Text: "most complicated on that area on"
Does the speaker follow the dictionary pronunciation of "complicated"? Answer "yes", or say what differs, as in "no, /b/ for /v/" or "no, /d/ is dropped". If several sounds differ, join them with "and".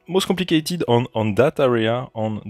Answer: no, /m/ is dropped